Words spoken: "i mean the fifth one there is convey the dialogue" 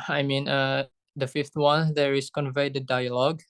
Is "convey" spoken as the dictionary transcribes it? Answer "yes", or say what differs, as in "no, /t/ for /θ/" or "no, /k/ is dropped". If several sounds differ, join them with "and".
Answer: yes